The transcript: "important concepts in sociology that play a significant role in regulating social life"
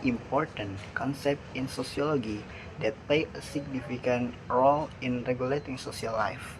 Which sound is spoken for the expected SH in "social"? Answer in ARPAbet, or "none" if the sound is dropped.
S